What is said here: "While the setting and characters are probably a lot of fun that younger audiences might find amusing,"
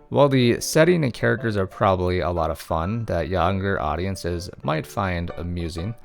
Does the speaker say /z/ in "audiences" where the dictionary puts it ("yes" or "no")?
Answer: yes